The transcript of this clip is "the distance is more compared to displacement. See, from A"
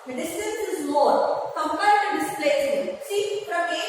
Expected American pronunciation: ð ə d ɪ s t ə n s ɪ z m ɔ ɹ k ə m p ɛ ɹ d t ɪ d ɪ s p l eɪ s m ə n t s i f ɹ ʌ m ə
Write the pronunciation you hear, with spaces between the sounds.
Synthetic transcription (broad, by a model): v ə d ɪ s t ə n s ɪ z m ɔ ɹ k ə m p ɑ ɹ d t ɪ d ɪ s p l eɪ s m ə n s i p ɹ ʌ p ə